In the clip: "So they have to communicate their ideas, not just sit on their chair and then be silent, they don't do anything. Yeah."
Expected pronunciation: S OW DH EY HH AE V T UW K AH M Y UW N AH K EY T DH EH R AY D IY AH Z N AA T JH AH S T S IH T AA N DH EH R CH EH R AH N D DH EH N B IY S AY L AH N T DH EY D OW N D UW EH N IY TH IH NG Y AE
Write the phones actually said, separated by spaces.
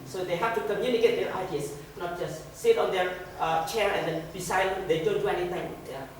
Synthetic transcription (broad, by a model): S OW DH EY HH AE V T UW K AH M Y UW N AH K EY T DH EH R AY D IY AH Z N AA T JH AH S T S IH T AA N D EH R CH EH R AH N D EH N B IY S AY AH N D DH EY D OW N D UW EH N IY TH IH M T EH